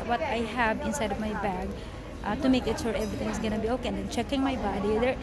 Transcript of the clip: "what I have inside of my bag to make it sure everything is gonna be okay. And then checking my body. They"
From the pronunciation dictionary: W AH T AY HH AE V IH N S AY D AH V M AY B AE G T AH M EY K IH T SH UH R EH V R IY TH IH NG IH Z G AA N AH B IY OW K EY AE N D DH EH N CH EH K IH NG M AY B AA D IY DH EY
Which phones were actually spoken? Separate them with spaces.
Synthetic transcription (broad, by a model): W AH T AY HH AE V IH N S AY D AH V M AY B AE G T AH M EY K IH T SH UH R EH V R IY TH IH NG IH S G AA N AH B IY OW K EY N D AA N CH EH K IH NG M AY B AA D IY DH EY